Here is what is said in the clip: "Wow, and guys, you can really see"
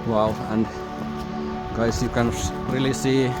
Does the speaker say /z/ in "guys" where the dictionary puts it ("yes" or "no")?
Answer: no